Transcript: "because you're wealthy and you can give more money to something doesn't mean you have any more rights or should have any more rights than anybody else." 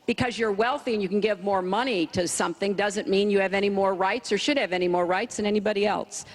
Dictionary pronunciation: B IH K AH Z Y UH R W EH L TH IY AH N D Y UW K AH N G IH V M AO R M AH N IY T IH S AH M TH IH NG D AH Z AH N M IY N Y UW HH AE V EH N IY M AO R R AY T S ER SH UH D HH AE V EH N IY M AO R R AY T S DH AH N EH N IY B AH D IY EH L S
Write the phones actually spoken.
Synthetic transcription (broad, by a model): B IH K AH Z Y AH R W EH L TH IY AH N Y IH K N G IH V M AO R M AH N IY T IH S AH M TH IH NG D AH Z AH N M IY N Y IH V EH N IY M AO R R AY T S ER SH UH D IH V EH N IY M AO R R AY T S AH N EH N IY B AH D IY EH L S